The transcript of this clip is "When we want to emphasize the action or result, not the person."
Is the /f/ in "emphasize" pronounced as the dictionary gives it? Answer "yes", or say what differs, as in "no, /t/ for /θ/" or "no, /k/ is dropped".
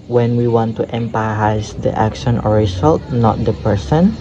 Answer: no, /p/ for /f/